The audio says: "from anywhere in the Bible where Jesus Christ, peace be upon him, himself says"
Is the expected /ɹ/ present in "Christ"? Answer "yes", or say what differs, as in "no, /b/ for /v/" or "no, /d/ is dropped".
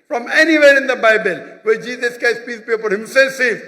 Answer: no, /ɹ/ is dropped